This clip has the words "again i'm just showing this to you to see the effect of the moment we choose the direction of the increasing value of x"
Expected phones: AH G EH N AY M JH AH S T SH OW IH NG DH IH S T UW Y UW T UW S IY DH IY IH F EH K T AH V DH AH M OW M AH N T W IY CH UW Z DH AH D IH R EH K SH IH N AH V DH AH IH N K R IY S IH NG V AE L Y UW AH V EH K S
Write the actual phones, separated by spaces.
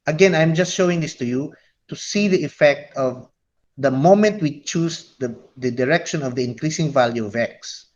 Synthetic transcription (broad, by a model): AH G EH N AY M JH AH S T SH OW IH NG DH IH S T UW Y UW T UW S IY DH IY IH F EH K T AH V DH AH M OW M AH N T W IY CH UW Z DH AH D IH R EH K SH IH N AH V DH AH IH N K R IY S IH NG V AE L Y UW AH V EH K S